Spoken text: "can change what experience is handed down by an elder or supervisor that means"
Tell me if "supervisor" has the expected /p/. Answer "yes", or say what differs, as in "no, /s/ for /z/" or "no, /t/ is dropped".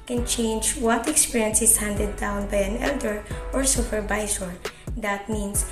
no, /f/ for /p/